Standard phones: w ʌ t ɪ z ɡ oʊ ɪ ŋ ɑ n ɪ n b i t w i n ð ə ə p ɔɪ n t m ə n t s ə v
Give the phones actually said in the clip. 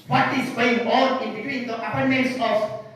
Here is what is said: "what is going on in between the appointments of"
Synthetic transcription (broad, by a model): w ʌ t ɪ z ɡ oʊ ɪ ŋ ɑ l ɪ n b i t w i n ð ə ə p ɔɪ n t m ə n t s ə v